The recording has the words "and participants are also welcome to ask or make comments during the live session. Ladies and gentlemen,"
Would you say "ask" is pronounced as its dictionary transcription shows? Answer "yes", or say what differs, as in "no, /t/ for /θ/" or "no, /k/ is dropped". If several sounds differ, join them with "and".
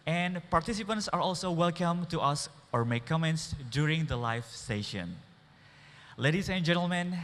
no, /k/ is dropped